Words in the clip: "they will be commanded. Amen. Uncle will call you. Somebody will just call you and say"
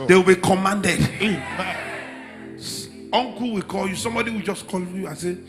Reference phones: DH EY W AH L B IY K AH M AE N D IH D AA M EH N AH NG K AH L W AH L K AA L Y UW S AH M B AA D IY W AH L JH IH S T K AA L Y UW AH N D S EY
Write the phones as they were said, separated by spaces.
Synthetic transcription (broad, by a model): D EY W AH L B IY K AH M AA N D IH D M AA AO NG K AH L W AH K AA L Y UW S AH M B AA D IY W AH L JH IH S K AA L Y UW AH S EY